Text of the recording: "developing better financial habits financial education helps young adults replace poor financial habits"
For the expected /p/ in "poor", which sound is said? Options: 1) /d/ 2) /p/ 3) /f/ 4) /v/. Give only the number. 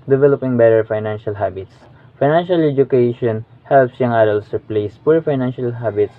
2